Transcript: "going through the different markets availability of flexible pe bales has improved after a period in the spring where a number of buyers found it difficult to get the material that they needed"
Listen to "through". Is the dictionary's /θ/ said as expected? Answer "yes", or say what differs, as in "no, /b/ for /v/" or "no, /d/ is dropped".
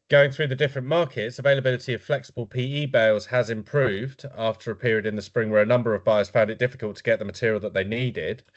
yes